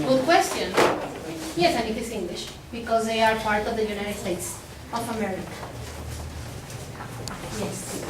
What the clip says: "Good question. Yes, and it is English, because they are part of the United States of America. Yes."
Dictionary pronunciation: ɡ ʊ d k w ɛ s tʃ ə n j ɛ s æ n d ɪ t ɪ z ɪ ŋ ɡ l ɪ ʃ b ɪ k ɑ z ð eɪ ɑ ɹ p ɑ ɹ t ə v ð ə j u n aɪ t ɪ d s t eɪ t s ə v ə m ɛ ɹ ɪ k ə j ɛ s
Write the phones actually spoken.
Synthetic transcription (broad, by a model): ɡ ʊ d k w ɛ s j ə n j ɛ s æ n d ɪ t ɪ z ɪ ŋ ɡ l ɪ ʃ b ɪ k ɑ z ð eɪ ɑ ɹ p ɑ ɹ t ə v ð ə j u n aɪ t ɪ d s t eɪ t s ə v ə m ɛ ɹ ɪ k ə j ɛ s